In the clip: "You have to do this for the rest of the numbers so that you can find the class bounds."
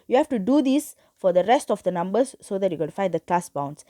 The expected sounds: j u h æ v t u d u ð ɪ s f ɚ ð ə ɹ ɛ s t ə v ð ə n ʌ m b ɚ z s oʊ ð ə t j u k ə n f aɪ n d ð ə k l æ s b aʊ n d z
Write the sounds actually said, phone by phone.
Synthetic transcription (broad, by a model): j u h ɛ f t u d u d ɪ s f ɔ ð ə ɹ ɛ s t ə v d ə n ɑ m b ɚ s oʊ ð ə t j u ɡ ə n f aɪ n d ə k l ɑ s b aʊ n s